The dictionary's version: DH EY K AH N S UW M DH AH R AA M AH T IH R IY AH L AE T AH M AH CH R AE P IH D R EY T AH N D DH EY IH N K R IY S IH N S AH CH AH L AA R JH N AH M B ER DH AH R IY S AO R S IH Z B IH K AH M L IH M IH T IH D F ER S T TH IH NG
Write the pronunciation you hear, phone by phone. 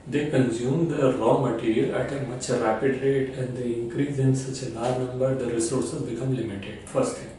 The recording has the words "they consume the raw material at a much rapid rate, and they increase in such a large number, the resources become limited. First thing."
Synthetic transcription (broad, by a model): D EY K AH N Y UW M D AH R AA M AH T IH R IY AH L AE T AH M AH CH R AE P IH D R EY T AH N D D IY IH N K R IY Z IH N S AH CH AH N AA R N AH M B ER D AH R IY S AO R S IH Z B IH K AH M L IH M IH T IH D F ER S T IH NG